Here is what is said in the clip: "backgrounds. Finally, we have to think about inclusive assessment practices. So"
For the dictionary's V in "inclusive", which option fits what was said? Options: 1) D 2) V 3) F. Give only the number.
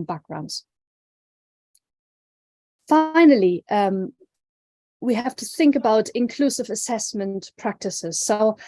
2